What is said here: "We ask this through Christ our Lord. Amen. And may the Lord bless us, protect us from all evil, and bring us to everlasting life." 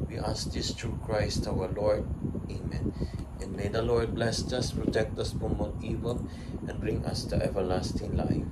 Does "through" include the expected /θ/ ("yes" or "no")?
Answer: no